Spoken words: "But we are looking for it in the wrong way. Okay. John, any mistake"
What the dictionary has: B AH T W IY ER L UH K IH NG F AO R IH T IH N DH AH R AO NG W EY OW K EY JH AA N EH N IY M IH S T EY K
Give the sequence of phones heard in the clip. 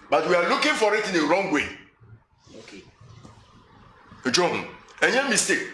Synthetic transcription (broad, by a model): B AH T W IY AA L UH K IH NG F AO R IH T IH N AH R AO NG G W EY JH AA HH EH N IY M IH S T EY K